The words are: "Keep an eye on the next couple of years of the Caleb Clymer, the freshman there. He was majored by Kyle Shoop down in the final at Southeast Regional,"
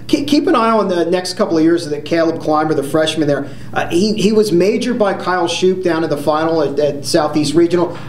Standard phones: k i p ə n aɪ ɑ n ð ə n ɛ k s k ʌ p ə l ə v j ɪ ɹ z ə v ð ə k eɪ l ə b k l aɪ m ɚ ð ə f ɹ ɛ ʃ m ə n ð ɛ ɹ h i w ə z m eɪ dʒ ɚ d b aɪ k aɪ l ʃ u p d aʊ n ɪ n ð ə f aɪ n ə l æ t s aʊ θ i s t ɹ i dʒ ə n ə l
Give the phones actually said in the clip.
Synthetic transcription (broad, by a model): k i p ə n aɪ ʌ n ð ə n ɛ k s k ʌ p l ə v j ɪ ɹ z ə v ð ə k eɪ l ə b k l aɪ m ɚ ð ə f ɹ ɛ ʃ m ə n ð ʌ ɹ h i w ə z m eɪ dʒ ɚ b aɪ k aɪ l ʃ u p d aʊ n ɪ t ð ə f aɪ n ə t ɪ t s aʊ θ i s t ɹ i dʒ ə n l